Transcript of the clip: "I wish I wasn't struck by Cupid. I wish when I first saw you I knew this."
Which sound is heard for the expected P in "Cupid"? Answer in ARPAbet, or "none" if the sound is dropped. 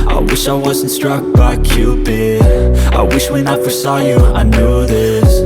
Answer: B